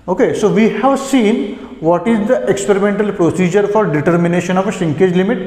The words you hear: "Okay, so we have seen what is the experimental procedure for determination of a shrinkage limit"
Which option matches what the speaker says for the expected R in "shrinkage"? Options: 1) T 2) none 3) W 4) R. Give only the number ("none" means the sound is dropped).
2